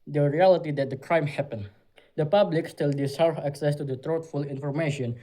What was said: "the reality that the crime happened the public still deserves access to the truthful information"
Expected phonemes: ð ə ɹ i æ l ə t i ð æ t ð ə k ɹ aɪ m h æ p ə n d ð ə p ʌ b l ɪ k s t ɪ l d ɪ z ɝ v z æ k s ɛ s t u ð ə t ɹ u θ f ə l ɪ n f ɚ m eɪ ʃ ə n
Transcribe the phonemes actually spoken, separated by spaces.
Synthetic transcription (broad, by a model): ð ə ɹ i æ l ə t i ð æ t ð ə k ɹ aɪ m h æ p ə n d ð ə p ʌ b l ɪ k s t ɪ l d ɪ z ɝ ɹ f æ k s ɛ s t u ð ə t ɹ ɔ t f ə l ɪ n f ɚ m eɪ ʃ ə n